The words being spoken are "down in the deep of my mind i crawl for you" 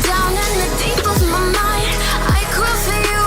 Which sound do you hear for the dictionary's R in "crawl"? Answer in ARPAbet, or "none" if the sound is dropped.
none